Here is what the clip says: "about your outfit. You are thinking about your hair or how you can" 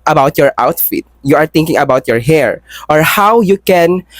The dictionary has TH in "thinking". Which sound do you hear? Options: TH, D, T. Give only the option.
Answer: T